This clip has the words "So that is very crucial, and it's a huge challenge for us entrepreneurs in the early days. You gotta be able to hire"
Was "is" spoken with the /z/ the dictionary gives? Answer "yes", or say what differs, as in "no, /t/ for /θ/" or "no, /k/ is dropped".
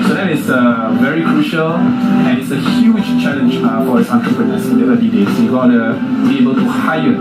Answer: no, /s/ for /z/